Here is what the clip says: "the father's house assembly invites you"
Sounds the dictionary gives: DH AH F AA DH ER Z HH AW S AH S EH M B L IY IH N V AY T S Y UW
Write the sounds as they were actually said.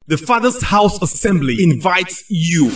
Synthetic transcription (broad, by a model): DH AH F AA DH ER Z HH AW S AH S EH M B L IY IH N V AY T S Y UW